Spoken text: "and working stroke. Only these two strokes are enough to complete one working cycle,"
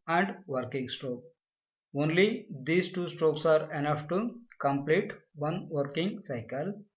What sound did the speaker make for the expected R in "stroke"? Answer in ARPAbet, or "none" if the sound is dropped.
R